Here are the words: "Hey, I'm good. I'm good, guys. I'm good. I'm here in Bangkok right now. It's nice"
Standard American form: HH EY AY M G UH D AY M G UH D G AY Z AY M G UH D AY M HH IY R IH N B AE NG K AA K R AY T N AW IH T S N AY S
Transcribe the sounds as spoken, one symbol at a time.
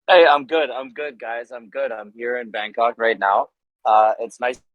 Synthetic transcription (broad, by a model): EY AY M G UH D AY M G UH D G AY Z AY M G UH D AY M HH IY R IH N B AE NG K AA K R AY T N AW IH T S N AY S